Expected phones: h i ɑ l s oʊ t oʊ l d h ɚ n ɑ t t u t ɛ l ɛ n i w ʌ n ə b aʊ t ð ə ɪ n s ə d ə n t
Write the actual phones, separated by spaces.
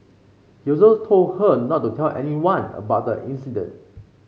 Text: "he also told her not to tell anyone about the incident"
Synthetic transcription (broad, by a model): h i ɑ s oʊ t oʊ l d h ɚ n ɑ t t u t ɛ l ɛ n i w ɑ n ə b aʊ t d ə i n s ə d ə n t